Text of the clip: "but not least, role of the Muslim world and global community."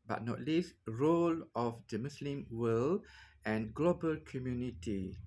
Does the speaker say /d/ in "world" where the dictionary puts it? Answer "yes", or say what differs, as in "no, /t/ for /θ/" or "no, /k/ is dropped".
no, /d/ is dropped